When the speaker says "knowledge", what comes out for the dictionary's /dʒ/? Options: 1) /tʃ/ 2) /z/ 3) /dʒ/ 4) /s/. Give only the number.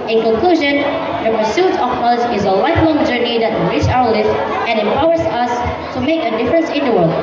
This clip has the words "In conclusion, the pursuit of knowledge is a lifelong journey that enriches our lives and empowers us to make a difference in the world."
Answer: 2